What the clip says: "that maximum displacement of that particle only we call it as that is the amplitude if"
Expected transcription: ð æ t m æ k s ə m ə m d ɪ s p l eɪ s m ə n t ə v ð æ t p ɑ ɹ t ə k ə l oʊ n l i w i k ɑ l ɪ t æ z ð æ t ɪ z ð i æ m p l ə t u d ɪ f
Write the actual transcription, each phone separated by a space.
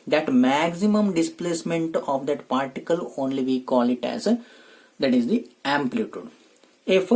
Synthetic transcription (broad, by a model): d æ t m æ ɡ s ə m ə m d ɪ s p l eɪ s m ə n t ə v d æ t p ɑ ɹ t ə k ə l oʊ n l i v i k ɑ l ɪ t æ z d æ t ɪ z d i æ m p l ə t u d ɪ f